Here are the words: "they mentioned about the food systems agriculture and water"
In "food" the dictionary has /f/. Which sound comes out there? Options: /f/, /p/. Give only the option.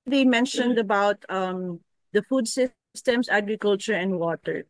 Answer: /f/